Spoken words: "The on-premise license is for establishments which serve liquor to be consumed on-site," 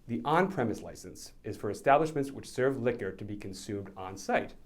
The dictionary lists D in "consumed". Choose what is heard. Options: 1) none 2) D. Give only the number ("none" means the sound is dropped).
2